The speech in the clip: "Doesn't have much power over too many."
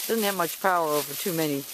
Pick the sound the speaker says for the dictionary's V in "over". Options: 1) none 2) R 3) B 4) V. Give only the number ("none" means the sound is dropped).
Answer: 4